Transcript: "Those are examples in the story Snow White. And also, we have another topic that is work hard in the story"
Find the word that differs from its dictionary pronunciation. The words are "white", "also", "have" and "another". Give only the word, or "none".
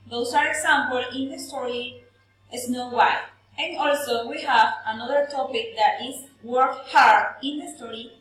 white